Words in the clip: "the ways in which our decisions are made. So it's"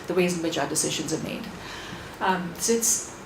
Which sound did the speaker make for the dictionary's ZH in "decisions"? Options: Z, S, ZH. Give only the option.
ZH